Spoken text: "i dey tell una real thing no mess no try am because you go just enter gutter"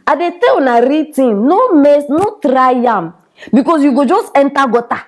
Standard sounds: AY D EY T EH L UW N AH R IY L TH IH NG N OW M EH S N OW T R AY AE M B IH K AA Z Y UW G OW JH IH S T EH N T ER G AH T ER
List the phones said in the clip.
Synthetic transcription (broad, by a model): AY D EY T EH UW N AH R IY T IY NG N OW M EH S N OW T R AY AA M B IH K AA S Y UW G OW JH IH S T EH N T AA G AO T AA